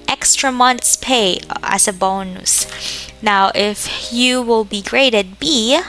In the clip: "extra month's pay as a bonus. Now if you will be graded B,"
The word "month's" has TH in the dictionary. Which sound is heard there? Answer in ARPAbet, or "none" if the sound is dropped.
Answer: T